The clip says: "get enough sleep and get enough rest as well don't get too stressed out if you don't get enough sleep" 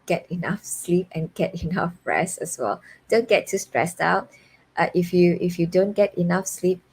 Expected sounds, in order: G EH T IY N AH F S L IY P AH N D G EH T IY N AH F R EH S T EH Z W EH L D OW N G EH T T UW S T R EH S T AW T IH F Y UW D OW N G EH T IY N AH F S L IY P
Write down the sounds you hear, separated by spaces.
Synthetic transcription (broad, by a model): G EH T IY N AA F S L IY P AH N G EH T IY N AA F R EH S EH S W EH L D OW N G EH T T UW S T R EH S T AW T IH F Y UW D OW N G EH T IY N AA F S L IY P